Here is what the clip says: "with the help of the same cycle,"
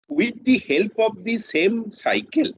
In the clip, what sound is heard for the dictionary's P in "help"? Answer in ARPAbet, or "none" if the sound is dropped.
P